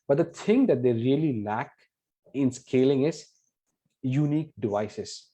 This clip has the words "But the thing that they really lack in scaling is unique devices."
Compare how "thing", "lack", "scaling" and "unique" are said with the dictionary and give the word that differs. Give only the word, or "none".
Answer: thing